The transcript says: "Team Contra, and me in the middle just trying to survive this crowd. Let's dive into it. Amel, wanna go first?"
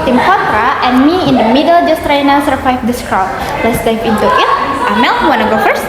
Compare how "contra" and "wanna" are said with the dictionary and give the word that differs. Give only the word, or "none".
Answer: contra